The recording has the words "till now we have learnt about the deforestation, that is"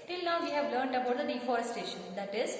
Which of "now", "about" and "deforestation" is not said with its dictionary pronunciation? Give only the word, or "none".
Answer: none